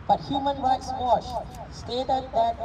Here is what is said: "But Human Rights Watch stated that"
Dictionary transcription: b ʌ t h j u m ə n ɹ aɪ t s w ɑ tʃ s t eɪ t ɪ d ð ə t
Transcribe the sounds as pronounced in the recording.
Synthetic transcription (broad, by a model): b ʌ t h j u m ə n ɹ aɪ t s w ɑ ʃ s t eɪ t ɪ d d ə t